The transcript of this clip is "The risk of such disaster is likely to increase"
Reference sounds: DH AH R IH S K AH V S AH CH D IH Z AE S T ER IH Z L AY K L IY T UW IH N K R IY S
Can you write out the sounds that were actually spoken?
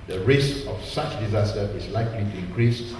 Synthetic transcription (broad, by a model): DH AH R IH S AH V S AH CH D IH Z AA S T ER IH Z L AY K L IY T UW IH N K R IY S